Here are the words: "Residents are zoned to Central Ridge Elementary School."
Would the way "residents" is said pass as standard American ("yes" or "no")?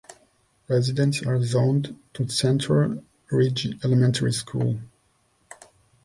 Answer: yes